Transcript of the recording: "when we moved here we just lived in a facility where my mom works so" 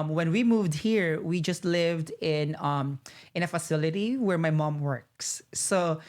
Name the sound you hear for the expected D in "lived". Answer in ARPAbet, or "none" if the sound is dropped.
D